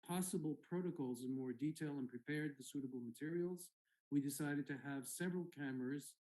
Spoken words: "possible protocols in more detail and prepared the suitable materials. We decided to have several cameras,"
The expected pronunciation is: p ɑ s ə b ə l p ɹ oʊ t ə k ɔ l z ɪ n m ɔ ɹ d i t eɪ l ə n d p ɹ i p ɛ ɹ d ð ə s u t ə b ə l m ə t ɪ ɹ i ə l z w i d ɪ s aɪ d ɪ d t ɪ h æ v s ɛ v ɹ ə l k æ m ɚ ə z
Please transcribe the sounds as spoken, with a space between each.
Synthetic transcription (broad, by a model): p ɑ s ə b l p ɹ oʊ t ə k ɔ l z ɪ n m ɔ ɹ d i t eɪ l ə n p ɹ i p ɛ ɹ d ð ə s u t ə b l m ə t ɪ ɹ i l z w i d ɪ s aɪ d ɪ d t ɪ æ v s ɛ v ɹ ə l k æ m ɚ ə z